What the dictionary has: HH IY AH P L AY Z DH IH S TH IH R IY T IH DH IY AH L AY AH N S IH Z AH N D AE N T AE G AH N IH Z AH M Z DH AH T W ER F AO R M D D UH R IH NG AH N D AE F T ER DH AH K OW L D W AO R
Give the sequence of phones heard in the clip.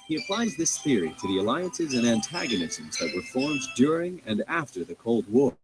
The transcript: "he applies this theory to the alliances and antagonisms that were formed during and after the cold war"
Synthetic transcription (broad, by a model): HH IY AH P L AY Z DH IH S TH IH R IY T IH DH IY AH L AY AH N S IH Z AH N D AE N T AE G AH N IH Z AH M Z DH AH T W ER F AO R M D D UH R IH NG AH N AE F T ER DH AH K OW L D W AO R